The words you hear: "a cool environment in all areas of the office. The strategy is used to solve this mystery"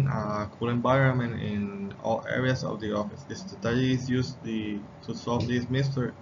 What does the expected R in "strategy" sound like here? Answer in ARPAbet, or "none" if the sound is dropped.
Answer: none